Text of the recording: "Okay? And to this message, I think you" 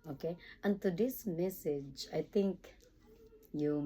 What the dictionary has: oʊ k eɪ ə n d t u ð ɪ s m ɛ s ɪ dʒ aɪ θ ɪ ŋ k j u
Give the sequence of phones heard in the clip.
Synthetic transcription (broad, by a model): oʊ k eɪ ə n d t u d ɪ s m ɛ s ɪ dʒ aɪ t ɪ ŋ k j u